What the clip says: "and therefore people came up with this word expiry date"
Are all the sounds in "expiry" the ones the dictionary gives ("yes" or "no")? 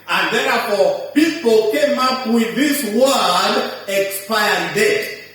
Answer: no